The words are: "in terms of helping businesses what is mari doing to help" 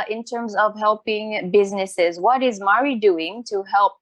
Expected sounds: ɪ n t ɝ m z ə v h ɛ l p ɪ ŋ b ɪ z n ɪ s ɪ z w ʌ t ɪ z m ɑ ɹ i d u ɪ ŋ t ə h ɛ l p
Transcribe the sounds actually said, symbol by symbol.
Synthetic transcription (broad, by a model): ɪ n t ɝ m z ə v h ɛ l p ɪ ŋ b ɪ z n ɪ s ɪ z w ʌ t ɪ z m ɑ ɹ i d u ɪ ŋ t ə h ɛ l p